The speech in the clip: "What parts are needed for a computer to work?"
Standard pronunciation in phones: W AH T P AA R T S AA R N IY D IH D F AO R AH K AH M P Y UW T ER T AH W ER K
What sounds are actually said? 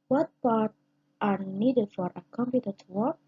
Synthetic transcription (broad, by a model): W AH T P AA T T AA R N IY D IH D F AO R AH K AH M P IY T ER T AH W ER